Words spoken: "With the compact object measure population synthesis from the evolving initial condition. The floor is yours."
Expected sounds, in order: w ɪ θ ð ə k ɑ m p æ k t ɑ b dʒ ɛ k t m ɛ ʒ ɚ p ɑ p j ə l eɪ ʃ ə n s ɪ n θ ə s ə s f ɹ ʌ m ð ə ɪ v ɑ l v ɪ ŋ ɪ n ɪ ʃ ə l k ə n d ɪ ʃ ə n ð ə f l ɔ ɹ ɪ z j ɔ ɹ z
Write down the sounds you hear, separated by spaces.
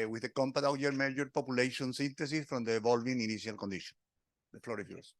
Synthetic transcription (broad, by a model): w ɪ ð ə k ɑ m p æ t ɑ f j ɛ t m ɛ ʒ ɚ p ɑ p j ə l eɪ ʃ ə n s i n t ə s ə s f ɹ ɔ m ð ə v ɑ l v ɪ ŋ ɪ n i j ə l k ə n d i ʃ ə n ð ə f l ɔ ɹ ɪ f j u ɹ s